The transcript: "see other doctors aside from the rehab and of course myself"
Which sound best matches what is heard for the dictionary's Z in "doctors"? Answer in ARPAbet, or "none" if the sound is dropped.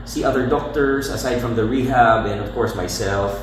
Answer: S